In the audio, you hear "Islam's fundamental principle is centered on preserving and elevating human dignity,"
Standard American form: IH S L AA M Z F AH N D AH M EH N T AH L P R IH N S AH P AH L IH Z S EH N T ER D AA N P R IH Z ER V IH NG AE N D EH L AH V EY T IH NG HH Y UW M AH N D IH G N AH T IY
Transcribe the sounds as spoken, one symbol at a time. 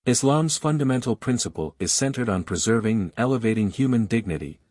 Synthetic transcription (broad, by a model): IH S L AA M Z F AH N D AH M EH N T L P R IH N S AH P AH L IH Z S EH N T ER D N P R IH Z ER V IH NG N EH L AH V EY T IH NG HH Y UW M AH N D IH G N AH T IY